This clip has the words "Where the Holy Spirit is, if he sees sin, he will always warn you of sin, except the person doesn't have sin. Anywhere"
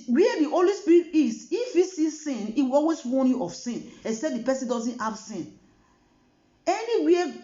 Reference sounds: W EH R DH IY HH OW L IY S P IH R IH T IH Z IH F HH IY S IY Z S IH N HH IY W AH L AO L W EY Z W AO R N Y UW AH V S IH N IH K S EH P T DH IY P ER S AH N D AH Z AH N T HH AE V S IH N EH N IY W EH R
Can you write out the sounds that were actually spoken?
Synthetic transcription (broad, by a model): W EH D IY HH OW L IY S P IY R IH T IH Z IH F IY S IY S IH N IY W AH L AO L W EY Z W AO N Y UW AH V S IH N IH S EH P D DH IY P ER S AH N D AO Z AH N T HH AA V S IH N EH N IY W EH